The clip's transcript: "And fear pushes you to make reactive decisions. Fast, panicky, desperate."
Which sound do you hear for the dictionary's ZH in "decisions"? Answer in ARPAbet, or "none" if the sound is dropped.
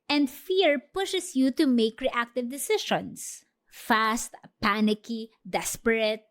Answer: SH